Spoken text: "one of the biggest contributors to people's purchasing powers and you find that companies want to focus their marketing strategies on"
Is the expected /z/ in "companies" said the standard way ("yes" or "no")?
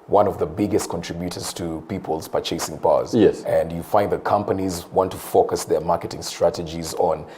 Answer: yes